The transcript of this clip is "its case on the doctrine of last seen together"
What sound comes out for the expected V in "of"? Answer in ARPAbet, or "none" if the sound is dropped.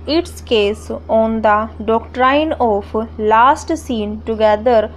P